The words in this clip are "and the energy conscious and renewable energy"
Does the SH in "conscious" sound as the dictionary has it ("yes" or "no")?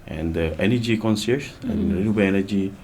no